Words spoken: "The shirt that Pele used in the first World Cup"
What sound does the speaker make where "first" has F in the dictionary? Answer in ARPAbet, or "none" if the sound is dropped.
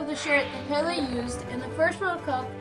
P